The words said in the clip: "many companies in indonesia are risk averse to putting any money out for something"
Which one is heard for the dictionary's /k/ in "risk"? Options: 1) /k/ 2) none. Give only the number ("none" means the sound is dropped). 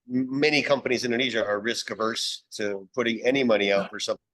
1